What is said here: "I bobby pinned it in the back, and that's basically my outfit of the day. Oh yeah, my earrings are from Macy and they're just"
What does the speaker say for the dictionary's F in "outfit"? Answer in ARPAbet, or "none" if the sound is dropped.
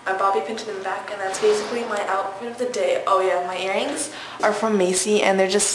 P